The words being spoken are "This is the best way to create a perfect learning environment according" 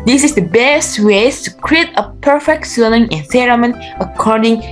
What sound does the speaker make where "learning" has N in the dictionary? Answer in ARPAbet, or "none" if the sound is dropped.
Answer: L